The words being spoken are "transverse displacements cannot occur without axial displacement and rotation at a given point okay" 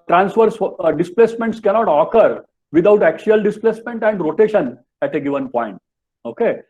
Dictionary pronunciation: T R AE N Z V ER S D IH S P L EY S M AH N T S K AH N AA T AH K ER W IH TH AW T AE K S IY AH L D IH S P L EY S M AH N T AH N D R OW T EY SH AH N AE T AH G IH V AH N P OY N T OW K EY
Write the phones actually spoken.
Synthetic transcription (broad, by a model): T R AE N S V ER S D IH S P L EY S M AH N T S K AH N AA T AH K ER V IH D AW T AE K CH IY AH L D IH S P L EY S M AH N T AH N D R OW T EY SH AH N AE T AH G IH V AH N P OY N T OW K EY